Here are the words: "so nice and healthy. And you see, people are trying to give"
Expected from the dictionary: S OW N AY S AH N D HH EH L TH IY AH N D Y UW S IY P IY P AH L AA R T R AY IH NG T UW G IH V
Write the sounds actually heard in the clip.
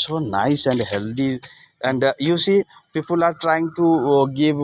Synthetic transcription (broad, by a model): S OW N AY S AH N D HH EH L T IY AH N D Y UW S IY P IY P AH L AA R T R AY IH NG T UW G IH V